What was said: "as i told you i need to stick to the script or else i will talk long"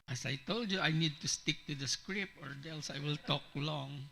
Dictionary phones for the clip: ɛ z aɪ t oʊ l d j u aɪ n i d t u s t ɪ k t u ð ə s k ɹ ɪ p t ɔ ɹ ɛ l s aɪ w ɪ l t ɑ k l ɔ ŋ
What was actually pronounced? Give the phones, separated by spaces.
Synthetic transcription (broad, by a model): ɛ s aɪ t oʊ l d j u aɪ n i d t u s t ɪ k t u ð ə s k ɹ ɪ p ɔ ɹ ɛ l s aɪ w ɪ l t ɑ k l ɔ ŋ